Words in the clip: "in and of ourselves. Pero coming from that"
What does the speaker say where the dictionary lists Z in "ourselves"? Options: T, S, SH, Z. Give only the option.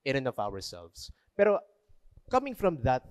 S